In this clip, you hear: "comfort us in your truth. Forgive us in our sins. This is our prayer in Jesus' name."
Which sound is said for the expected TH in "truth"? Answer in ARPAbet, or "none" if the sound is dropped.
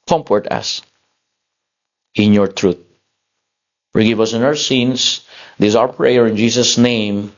T